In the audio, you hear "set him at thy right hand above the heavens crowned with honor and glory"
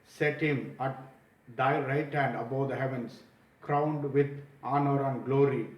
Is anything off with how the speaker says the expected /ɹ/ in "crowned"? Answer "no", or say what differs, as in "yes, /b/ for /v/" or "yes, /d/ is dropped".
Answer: no